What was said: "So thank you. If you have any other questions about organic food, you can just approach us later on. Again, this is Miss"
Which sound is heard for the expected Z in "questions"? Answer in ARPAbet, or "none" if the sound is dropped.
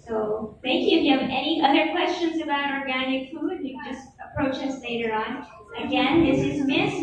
Z